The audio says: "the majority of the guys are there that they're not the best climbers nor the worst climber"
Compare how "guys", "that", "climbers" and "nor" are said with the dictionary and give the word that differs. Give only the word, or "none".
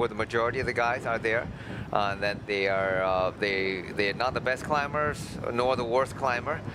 none